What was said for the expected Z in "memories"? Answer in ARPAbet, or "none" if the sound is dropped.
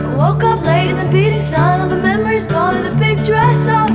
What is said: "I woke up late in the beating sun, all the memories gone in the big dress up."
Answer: Z